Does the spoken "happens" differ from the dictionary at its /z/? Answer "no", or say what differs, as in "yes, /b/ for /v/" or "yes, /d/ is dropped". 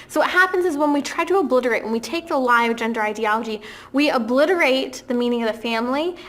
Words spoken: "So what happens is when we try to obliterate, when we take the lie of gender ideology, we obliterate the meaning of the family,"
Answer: no